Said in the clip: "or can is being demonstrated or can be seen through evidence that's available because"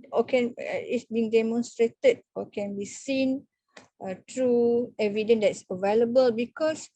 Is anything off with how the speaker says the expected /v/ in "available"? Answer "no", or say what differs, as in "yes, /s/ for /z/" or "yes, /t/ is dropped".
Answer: no